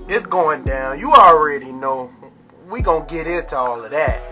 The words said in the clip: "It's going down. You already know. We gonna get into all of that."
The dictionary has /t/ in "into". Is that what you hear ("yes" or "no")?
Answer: yes